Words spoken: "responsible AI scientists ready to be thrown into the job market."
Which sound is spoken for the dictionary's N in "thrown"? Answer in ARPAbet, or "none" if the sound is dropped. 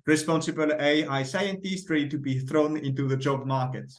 N